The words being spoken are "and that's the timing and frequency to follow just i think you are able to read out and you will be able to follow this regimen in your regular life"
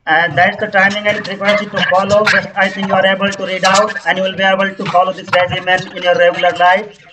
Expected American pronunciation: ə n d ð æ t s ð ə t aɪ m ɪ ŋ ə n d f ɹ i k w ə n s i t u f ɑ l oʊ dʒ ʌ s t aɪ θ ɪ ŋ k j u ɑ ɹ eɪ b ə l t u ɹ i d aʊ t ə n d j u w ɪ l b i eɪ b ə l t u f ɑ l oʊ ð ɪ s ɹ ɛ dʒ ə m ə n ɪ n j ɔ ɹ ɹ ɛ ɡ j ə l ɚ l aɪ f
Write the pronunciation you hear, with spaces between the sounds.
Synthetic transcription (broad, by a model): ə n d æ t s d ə t aɪ m ɪ ŋ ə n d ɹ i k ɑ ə s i t u f ɑ l oʊ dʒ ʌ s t aɪ t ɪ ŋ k j u ɑ ɹ eɪ b ə l t u ɹ i d aʊ t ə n j u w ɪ l b i eɪ b ə l t u f ɑ l oʊ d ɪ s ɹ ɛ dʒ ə m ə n ɪ n j ɔ ɹ ɹ ɛ ɡ j ə l ɚ l aɪ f